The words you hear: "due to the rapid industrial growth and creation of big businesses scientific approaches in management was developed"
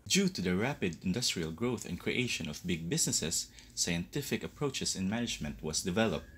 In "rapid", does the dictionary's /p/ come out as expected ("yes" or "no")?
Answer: yes